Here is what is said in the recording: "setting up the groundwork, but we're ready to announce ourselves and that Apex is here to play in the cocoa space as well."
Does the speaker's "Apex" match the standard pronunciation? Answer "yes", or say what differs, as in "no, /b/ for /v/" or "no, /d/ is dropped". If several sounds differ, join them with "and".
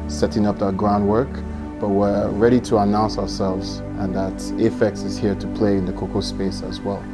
no, /f/ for /p/